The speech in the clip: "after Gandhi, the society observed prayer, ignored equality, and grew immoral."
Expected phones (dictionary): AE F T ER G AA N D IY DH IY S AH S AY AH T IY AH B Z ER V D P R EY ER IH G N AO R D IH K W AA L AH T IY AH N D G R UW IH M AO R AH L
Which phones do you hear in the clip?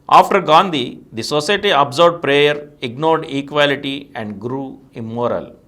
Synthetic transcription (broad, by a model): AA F T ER G AA N D IY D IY S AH S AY T IY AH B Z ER B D P R EY ER IH G N AO R D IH K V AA L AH T IY AH N D G R UW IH M AO R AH L